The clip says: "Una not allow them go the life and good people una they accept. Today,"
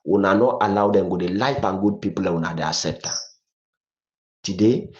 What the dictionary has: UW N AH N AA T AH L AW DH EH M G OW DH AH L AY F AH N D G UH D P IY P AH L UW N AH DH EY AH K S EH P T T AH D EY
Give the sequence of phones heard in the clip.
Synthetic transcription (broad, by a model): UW N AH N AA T AH L AW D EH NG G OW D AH L AY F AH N G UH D P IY P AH L UW N AH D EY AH S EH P T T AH D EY